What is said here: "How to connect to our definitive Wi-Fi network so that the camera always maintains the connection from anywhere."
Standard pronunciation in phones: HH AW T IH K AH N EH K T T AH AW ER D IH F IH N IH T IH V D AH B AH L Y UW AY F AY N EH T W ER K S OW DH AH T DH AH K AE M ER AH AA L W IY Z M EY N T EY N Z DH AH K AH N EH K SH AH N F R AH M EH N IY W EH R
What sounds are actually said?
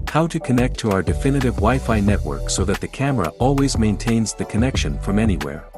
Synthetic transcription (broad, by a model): HH AW T IH K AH N EH K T T AH AW ER D IH F IH N IH T IH V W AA AH F AY N EH T W ER K S OW DH AH T DH AH K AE M ER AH AA L W IY Z M EY N T EY N Z DH AH K AH N EH K SH AH N F R AH M EH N IY W EH R